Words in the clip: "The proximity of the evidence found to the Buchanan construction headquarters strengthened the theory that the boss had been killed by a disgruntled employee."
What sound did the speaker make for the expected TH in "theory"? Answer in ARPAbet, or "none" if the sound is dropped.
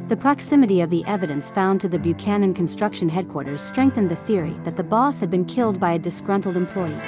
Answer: TH